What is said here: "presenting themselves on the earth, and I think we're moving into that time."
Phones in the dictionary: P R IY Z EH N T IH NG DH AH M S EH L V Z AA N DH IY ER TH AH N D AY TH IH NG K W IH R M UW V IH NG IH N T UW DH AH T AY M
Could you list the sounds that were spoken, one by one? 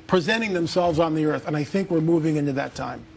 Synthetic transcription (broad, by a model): P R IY Z EH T IH NG DH AH M S EH L V Z N DH IY ER TH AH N AY TH IH NG K W IH R M UW V IH NG IH N T UW DH AH T AY M